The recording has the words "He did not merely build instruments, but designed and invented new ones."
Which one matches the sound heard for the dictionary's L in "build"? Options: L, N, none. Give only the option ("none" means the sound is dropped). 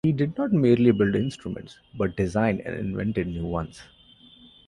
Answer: L